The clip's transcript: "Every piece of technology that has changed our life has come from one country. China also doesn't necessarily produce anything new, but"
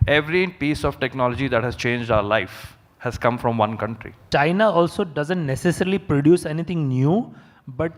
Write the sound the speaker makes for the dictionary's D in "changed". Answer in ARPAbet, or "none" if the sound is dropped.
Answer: D